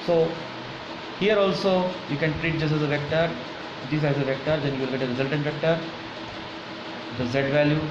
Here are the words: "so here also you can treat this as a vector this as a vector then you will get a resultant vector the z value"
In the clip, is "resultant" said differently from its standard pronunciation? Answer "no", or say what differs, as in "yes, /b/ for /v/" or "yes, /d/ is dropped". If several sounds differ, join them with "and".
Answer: no